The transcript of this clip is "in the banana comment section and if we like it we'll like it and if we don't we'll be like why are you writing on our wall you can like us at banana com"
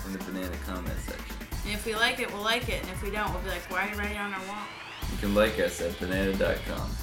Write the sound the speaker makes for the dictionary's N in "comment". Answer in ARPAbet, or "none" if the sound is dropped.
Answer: none